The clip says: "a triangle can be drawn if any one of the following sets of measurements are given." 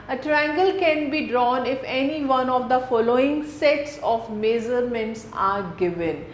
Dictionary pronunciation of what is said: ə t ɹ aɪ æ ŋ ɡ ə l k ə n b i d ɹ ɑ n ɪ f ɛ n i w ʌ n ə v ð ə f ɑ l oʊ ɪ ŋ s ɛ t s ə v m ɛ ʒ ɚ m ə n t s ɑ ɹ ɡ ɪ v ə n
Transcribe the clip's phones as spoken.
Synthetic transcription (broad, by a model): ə t ɹ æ ŋ ɡ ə l k ə n b i d ɹ ɑ n ɪ f ɛ n i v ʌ n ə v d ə f ɑ l oʊ ɪ ŋ s ɛ t s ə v m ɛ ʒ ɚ m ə n t s ɑ ɹ ɡ ɪ v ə n